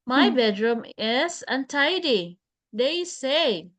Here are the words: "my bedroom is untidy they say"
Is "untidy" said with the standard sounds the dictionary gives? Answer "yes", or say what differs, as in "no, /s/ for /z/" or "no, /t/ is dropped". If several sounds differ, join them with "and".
yes